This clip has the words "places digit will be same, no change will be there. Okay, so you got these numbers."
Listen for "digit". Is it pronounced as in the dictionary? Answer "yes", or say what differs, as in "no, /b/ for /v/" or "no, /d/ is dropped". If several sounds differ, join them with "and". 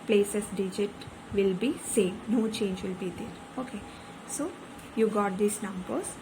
yes